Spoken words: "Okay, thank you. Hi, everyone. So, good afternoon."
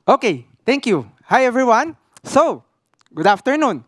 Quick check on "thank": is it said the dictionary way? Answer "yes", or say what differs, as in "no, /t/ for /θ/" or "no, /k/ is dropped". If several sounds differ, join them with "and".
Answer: no, /t/ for /θ/